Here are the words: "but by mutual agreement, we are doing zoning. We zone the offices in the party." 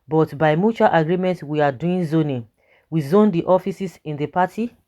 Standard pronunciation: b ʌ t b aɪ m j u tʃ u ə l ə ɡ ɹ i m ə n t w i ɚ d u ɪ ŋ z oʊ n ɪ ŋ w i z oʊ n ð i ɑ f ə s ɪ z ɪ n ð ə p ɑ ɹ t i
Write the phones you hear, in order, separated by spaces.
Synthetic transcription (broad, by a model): b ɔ t b aɪ m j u tʃ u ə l ə ɡ ɹ i m ə n t w i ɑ d u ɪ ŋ z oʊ n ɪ w i z oʊ n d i ɑ f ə s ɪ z ɪ n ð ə p ɑ t i